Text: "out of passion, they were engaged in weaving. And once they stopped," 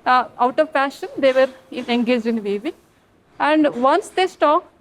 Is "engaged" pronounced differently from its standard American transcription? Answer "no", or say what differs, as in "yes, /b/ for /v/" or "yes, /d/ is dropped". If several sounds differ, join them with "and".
yes, /d/ is dropped